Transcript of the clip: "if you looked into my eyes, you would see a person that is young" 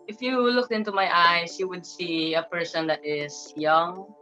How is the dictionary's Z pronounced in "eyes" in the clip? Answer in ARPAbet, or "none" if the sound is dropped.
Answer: S